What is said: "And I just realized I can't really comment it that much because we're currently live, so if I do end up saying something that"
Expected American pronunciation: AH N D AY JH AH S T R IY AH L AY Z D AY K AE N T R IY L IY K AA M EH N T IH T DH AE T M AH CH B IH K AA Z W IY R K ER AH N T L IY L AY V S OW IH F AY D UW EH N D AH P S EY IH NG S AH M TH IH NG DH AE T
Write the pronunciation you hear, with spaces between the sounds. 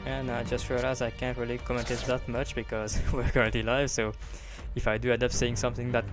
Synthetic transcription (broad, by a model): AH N AY JH AH S T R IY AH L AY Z AY K AE N T R IY L IY K AA M EH N T IH T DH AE T M AH CH B IH K AA Z W IY R K ER AH N T L IY L AY V S OW IH F AY D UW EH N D AH P S EY IH NG S AH M TH IH NG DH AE T